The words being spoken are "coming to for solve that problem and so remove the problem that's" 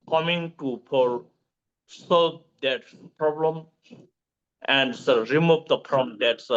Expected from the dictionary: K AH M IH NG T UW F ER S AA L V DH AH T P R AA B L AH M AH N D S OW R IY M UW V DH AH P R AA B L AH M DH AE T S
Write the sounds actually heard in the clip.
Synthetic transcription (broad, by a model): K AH M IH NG T UW P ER S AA L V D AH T P R AA B L AH M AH N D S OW R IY M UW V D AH P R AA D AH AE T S